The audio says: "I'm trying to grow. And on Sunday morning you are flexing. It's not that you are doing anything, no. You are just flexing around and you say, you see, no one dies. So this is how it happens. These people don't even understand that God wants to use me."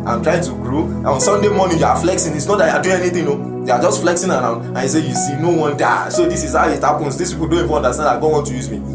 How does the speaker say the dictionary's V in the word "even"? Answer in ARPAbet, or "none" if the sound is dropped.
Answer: F